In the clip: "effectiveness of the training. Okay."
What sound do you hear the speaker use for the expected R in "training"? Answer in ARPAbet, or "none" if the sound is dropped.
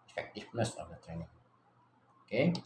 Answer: R